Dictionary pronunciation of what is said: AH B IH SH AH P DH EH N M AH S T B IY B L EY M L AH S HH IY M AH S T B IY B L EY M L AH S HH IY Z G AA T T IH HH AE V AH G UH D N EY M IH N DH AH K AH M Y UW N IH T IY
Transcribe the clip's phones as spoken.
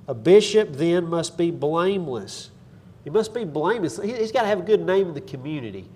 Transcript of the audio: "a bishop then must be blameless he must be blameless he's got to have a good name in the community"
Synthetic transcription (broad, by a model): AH B IH SH AH P DH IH N M AH S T B IY B L EY M L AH S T M AH S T B IY B L EY M L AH S HH IY Z G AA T T IH V AH G UH D N EY M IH N DH AH K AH M Y UW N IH T IY